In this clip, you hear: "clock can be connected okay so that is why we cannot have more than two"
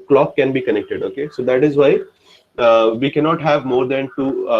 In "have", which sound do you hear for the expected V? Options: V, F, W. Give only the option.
V